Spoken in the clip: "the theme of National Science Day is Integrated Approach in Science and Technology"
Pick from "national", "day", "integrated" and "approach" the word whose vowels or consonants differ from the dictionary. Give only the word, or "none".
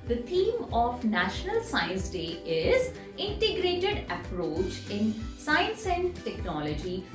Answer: none